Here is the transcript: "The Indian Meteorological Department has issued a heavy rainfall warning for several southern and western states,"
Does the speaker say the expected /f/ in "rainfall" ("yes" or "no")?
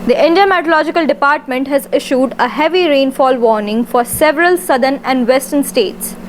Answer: yes